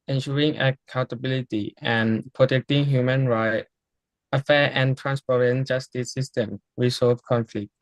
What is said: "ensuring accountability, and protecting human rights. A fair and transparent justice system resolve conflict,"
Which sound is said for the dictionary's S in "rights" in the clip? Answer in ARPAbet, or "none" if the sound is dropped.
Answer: none